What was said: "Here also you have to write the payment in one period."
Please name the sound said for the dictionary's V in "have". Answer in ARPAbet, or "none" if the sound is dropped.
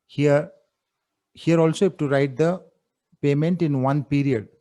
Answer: P